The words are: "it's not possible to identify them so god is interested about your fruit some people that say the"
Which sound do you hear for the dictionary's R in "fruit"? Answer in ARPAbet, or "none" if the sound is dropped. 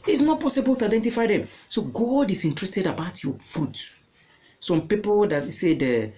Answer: none